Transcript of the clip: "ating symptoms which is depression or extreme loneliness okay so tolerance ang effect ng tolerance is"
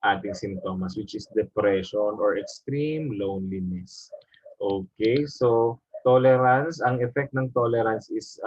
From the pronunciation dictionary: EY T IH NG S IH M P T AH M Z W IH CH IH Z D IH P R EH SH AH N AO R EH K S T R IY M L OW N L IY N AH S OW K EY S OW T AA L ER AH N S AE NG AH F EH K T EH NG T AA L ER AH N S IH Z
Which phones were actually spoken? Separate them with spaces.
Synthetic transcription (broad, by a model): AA T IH NG S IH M T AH M S W IH CH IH S D IH P R EH SH AH N AO R EH K S T R IY M L OW N L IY N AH S OW K EY S OW T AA L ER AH N S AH NG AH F EH K T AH NG T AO L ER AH N S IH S